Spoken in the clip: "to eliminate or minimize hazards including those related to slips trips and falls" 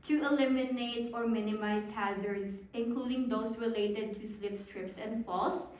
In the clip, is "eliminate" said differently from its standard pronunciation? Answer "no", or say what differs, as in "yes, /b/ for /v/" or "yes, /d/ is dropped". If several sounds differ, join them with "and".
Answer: no